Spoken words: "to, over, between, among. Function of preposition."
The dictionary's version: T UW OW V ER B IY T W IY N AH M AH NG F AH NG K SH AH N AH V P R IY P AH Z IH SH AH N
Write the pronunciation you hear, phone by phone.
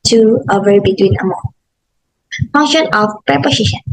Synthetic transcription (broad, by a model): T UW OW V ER B IY T W IY N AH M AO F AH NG SH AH N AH F P R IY P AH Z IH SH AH N